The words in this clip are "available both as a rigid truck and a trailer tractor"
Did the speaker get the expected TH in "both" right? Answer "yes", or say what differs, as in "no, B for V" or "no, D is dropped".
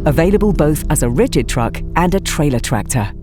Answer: yes